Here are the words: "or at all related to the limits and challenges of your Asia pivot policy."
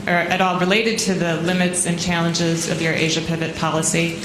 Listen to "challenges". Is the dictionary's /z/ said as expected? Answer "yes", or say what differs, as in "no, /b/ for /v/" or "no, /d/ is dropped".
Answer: yes